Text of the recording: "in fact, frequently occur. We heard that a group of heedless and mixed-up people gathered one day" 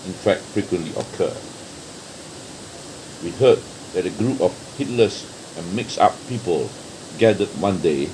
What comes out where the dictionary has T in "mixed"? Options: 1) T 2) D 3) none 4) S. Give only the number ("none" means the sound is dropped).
3